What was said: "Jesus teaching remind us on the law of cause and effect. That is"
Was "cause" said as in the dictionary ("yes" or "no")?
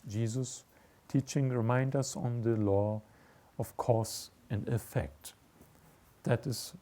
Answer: no